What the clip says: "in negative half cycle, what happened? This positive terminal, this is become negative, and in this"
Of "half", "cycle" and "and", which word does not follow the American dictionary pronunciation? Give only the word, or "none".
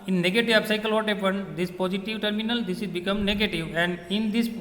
half